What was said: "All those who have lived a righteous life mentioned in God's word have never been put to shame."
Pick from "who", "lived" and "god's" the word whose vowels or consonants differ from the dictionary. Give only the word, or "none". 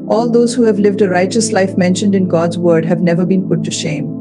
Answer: none